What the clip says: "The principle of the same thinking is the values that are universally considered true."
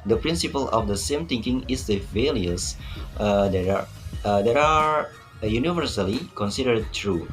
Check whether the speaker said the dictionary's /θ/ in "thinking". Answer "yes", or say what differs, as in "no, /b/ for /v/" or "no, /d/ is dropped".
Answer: no, /t/ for /θ/